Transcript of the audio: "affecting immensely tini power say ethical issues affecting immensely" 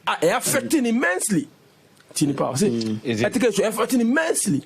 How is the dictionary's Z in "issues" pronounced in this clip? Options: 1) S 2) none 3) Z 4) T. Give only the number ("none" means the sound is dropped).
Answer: 2